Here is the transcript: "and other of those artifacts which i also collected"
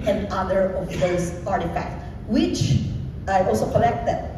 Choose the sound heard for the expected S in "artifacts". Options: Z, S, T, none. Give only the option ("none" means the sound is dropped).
none